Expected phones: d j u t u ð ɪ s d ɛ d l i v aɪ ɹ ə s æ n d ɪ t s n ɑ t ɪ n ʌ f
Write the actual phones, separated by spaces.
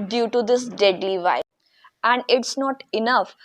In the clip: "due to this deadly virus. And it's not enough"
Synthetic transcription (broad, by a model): d j u t u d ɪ s d ɛ d l i v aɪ ə æ n d ɪ t s n ɑ t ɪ n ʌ f